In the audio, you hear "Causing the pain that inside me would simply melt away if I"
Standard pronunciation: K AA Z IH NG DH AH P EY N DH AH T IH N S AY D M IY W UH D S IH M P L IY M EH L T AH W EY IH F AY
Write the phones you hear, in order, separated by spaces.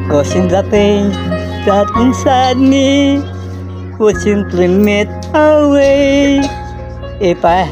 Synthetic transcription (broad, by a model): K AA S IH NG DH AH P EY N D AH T IH N S AY D M IY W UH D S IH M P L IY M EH T AH W EY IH P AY